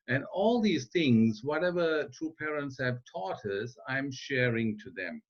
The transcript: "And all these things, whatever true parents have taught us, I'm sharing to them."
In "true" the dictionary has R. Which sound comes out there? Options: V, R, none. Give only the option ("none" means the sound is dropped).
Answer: none